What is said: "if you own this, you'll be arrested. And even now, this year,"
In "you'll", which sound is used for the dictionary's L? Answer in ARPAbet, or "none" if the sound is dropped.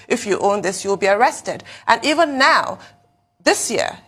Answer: L